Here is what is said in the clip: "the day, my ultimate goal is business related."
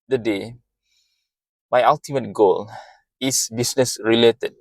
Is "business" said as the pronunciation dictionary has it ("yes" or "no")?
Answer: no